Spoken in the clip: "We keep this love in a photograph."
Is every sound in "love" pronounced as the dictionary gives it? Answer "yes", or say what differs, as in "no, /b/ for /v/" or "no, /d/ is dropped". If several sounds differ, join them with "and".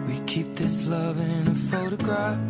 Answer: yes